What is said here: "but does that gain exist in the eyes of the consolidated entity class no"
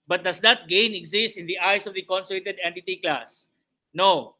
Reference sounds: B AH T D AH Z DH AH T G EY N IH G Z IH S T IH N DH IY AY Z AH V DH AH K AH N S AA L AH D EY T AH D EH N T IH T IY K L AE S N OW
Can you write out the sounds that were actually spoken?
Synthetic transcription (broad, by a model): B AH T D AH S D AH T G EY N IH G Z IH S T IH N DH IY AY S AH V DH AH K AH N S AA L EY T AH D EH N T IH T IY K L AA S N OW